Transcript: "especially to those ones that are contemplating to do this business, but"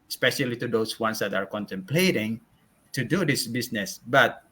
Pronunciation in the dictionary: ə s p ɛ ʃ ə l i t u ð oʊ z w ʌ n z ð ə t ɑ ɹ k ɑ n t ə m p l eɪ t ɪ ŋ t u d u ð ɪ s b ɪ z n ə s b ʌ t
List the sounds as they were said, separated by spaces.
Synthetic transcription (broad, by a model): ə s p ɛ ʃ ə l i t u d oʊ s w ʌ n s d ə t ɑ ɹ k ɑ n t ə m p l eɪ t ɪ ŋ t u d u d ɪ s b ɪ s n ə s b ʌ t